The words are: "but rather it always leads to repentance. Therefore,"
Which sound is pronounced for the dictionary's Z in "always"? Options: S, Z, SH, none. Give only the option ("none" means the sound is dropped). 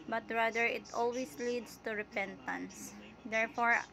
S